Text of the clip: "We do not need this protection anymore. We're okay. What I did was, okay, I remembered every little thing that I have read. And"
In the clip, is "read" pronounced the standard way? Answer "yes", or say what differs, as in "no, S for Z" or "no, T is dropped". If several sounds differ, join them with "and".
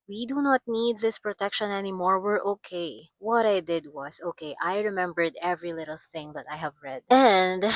yes